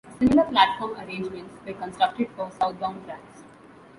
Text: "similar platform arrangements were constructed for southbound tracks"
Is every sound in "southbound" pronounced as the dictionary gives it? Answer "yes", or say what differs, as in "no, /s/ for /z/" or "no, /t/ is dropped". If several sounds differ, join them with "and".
no, /t/ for /θ/